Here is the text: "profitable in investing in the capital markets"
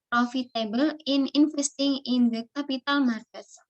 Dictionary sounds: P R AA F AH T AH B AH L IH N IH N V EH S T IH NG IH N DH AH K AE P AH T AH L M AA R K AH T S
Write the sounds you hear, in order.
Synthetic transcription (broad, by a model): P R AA F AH T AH B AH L IH N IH N F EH S T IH NG IH N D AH K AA P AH T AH L M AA R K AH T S